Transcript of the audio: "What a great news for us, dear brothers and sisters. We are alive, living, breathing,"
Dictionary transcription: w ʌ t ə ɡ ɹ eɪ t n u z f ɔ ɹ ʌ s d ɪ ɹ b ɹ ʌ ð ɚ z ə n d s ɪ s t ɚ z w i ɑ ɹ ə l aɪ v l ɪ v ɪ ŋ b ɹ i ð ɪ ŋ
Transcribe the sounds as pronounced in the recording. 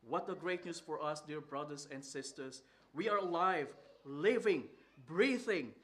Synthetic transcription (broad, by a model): w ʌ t ə ɡ ɹ eɪ t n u s f ɔ ɹ ʌ s d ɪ ɹ b ɹ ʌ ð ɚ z ə n d s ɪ s t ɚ s w i ɑ ɹ ə l aɪ v l ɪ v ɪ ŋ b ɹ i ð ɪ ŋ